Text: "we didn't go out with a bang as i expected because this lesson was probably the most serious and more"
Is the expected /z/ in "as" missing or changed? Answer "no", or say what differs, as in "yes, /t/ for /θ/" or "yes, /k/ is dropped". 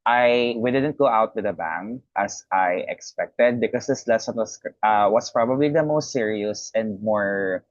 yes, /s/ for /z/